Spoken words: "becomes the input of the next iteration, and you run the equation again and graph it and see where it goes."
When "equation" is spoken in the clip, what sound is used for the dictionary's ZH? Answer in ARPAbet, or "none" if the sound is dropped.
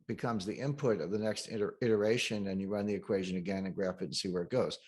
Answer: ZH